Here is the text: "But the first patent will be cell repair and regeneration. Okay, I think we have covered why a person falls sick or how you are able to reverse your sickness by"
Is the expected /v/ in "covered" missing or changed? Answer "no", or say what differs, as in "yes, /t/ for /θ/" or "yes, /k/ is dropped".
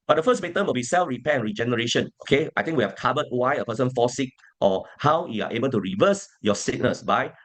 yes, /b/ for /v/